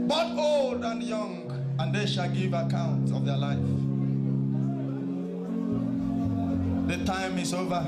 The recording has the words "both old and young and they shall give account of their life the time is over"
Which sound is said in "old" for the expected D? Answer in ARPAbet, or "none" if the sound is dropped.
D